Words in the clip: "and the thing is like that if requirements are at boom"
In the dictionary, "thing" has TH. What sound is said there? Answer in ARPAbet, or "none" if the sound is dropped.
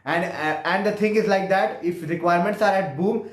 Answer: T